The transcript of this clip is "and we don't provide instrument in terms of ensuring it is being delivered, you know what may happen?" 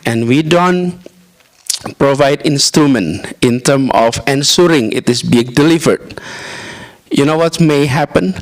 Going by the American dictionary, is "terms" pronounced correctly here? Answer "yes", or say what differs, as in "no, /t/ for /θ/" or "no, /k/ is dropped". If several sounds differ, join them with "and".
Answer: no, /z/ is dropped